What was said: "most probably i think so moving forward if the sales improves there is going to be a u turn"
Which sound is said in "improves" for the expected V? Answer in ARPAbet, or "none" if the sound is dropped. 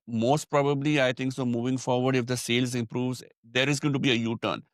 V